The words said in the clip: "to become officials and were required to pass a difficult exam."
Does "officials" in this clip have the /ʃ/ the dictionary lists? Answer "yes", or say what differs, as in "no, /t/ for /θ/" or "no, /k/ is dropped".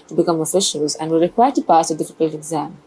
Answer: yes